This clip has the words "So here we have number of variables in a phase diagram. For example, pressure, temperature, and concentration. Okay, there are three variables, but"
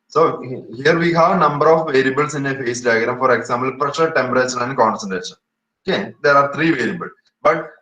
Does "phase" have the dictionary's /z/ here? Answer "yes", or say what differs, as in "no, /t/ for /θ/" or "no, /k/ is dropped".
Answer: no, /s/ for /z/